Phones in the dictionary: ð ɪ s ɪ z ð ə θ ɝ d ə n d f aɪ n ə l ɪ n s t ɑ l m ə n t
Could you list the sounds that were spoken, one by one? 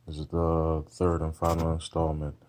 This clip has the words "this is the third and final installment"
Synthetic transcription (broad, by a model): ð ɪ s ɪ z ð ə θ ɝ d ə n f aɪ n l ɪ n s t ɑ l m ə n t